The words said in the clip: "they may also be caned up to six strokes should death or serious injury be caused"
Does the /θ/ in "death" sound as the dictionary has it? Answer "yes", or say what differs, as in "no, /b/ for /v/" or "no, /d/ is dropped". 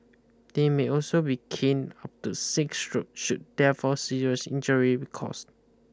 no, /f/ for /θ/